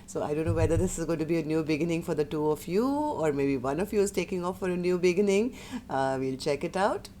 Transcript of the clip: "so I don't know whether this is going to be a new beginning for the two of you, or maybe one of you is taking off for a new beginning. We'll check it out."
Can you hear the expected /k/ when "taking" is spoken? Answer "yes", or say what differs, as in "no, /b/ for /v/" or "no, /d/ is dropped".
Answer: yes